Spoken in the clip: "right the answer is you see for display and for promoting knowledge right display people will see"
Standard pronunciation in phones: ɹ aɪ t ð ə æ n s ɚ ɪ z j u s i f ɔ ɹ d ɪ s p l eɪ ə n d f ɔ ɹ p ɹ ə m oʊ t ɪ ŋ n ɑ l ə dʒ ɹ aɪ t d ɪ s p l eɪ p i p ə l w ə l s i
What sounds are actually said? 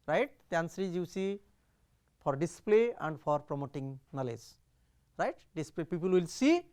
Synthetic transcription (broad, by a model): ɹ aɪ t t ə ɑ n s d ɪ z j u s i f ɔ ɹ d ɪ s p l eɪ ə n d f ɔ ɹ p ɹ ə m oʊ t ɪ ŋ n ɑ l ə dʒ ɹ aɪ t d ɪ s p l eɪ p i p ə l w ə l s i